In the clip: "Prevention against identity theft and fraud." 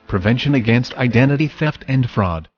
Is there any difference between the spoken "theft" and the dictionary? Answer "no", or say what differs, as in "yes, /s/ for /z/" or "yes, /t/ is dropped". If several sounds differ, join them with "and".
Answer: no